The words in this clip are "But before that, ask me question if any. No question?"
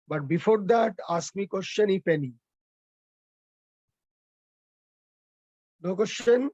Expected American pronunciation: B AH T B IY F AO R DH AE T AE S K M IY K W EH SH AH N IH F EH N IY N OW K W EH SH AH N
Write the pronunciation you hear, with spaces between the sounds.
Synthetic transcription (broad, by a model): B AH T B IY F AO R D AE T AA S K M IY K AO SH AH N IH P EH N IY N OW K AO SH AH N